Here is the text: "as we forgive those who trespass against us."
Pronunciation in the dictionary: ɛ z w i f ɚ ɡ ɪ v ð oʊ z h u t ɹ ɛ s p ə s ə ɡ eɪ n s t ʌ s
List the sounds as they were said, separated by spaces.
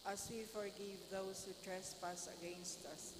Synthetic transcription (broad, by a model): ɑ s w i f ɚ ɡ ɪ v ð oʊ s h u t ɹ ɛ s p ə s ə ɡ eɪ n s t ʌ s